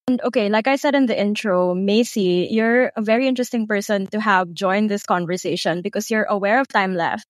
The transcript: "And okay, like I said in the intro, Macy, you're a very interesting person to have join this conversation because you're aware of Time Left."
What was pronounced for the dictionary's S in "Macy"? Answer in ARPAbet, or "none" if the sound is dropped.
S